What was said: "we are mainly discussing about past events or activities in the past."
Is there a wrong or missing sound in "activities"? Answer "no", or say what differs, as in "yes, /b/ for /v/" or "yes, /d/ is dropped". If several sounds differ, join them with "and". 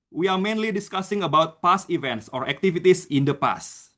yes, /s/ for /z/